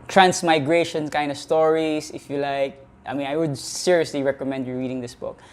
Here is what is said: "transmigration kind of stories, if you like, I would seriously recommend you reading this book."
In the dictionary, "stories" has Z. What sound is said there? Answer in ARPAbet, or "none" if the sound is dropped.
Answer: S